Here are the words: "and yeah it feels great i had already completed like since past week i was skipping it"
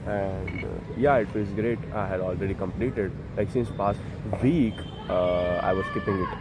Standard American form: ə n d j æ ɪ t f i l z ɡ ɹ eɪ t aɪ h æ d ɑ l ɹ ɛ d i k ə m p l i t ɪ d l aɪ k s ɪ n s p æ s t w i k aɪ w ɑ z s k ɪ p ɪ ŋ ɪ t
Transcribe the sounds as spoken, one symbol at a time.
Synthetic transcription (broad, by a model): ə n d j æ ɪ t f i z ɡ ɹ eɪ t aɪ h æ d ɑ l ɹ ɛ d i k ə m p l i t ɪ d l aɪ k s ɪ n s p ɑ s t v i k aɪ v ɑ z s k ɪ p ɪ ŋ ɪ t